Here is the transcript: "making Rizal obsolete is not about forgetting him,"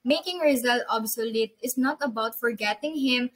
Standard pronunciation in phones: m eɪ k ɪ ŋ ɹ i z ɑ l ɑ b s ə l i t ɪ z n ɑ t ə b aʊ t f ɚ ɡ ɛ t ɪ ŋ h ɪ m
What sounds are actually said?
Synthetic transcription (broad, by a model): m eɪ k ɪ ŋ ɹ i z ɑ l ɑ b s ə l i t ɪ s n ɑ t ə b aʊ t f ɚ ɡ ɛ t ɪ ŋ h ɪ m